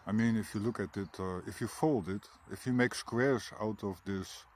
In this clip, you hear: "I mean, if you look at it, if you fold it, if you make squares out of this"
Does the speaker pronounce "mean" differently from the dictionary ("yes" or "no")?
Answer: no